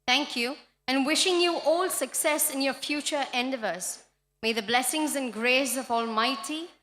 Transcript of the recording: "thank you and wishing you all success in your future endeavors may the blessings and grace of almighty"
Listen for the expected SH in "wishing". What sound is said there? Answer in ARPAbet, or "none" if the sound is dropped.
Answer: SH